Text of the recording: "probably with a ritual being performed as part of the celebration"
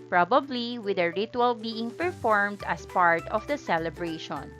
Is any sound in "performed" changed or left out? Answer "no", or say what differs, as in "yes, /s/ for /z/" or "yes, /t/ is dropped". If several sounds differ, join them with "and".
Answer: no